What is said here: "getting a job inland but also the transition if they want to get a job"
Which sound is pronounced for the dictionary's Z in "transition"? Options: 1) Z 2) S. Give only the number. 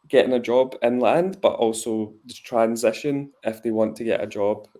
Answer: 1